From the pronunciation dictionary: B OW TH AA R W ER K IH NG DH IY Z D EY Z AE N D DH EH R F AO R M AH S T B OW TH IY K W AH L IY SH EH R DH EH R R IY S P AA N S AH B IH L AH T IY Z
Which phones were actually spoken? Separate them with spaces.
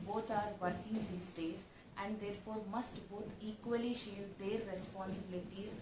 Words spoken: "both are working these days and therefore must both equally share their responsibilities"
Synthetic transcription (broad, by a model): B OW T AA R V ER K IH NG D IY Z D EY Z AE N D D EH R F AO R M AH S T B OW T IY K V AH L IY SH EH R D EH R R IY S P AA N S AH B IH L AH T IY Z